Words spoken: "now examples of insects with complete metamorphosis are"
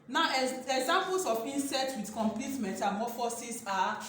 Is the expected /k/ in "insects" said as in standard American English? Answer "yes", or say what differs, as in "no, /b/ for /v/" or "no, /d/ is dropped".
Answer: no, /k/ is dropped